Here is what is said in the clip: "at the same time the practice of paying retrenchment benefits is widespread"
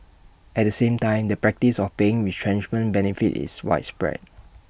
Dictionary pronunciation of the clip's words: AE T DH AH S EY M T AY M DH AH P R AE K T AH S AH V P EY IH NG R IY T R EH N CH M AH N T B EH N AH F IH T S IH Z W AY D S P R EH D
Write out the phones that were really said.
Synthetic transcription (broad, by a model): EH T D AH S EY M T AY M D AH P R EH K T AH S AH F P EY IH NG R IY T R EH N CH M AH N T B EH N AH F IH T IH S W AY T S P R EH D